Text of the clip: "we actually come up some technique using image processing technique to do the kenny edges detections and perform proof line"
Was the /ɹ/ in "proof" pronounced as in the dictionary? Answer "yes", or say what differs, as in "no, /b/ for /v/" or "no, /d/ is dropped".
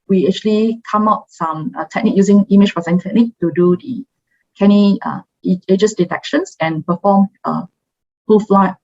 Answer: no, /ɹ/ is dropped